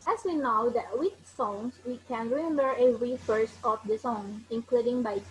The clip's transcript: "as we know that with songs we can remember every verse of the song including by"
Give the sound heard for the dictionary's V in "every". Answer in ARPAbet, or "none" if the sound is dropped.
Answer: none